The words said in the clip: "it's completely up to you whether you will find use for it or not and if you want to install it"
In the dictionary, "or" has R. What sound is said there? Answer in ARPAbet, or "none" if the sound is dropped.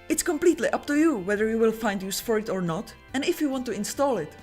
R